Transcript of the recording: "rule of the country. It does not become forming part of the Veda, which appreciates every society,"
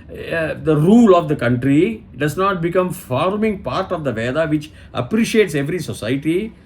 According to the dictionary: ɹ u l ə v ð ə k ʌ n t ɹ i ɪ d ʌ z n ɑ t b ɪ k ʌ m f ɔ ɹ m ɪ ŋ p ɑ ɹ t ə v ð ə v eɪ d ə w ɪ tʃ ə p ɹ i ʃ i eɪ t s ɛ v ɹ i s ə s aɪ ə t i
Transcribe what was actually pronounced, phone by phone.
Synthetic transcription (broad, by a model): ɹ u l ə v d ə k ʌ n t ɹ i d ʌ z n ɑ t b ɪ k ʌ m f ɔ ɹ m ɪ ŋ p ɑ ɹ t ə v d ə v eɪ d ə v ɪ tʃ ə p ɹ i ʃ i eɪ t s ɛ v ɹ i s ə s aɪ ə t i